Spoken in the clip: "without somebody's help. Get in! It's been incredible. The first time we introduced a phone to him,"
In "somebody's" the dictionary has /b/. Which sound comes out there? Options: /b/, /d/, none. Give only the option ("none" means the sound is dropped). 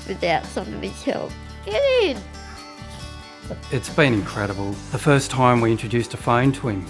none